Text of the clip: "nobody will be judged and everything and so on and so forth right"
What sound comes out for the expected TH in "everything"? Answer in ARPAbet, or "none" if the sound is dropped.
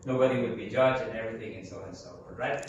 TH